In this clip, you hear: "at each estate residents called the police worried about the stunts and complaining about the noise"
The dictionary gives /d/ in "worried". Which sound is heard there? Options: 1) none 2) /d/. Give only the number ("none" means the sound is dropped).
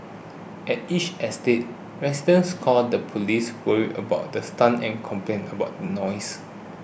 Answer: 1